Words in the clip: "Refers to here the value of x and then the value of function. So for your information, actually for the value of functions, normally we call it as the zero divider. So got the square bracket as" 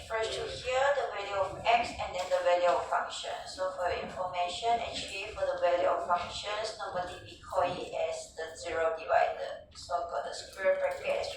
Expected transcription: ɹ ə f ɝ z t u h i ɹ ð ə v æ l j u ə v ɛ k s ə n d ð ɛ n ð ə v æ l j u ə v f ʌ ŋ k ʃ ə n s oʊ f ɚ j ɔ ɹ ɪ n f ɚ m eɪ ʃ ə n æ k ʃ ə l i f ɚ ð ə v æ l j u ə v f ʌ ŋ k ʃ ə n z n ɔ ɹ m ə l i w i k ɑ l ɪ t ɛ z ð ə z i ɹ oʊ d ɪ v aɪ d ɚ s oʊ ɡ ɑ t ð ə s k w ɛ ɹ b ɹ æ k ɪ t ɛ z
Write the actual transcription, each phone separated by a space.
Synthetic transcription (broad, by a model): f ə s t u h i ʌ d ə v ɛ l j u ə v ɛ k s ə n d ɛ n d ə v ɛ l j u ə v f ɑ ŋ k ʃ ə n s oʊ f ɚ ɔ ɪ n f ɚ m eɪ ʃ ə n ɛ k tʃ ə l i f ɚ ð ə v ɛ l j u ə f f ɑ ŋ k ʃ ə n s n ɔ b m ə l i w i k ɑ l ɪ t ɛ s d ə z i ɹ oʊ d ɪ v aɪ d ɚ s oʊ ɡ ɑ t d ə s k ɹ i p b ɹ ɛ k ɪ ɛ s